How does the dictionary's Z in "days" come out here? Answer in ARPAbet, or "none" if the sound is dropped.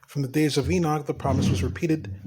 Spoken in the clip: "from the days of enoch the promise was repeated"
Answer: Z